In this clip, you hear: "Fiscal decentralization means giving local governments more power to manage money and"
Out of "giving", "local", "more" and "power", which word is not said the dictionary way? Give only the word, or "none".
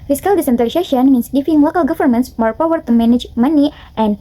giving